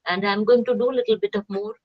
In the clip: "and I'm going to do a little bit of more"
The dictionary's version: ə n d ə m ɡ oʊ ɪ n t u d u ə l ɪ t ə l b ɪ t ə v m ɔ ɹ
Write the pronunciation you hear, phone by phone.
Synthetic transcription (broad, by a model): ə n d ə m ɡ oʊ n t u d u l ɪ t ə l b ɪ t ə p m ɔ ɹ